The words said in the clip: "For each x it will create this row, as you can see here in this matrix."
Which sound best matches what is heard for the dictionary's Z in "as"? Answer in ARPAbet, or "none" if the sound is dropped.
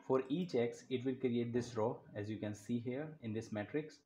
Z